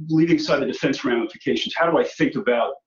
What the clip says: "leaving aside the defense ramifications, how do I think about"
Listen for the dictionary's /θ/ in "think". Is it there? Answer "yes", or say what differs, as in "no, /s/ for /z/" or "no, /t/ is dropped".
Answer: yes